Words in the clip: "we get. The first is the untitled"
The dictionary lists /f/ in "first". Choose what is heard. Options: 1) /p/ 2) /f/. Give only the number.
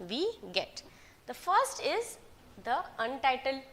2